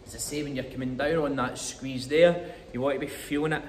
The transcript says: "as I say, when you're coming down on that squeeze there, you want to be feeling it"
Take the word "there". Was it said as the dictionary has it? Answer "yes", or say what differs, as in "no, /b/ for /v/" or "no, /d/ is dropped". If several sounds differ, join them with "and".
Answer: yes